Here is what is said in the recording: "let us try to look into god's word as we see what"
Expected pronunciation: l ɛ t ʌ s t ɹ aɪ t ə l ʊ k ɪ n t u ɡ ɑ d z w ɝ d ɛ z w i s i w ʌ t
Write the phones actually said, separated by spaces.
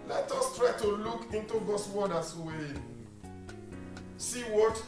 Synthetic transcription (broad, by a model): l ɛ t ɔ s t ɹ aɪ t ə l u k ɪ n t u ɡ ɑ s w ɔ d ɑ s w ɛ s i w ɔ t